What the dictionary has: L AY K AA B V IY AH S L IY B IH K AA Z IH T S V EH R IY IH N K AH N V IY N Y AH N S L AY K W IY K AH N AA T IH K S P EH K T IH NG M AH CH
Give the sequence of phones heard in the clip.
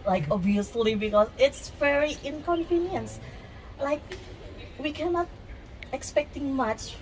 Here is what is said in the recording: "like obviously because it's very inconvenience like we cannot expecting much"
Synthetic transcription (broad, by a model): L AY K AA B IY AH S L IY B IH K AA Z IH T S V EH R IY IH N K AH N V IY N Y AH N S L AY K W IY K AH N AA T IH K S P EH K T IH NG M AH CH